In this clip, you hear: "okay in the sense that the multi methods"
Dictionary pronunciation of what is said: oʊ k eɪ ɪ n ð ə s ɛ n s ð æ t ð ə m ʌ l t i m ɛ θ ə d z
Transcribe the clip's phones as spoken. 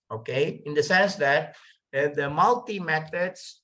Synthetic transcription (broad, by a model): oʊ k eɪ ɪ n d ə s ɛ n s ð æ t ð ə m ʌ l t i m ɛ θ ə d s